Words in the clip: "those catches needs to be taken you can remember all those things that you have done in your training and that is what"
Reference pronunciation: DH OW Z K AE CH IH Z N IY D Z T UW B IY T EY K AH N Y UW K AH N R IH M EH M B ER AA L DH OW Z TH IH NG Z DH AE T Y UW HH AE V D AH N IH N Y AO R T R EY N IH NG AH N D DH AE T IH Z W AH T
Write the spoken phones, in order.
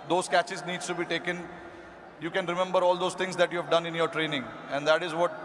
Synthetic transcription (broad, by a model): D OW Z K AE CH IH Z N IY D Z T UW B IY T EY K AH N Y UW K AH N R IH M EH M B ER AA L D OW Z T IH NG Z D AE T Y UW HH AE V D AH N IH N Y AO R T R EY N IH NG AH N D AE T IH Z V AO T